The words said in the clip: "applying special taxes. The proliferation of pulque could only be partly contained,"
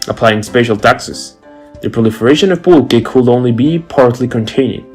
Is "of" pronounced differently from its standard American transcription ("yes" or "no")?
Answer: no